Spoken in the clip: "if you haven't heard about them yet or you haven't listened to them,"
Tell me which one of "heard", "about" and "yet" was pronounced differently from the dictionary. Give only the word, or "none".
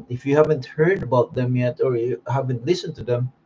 none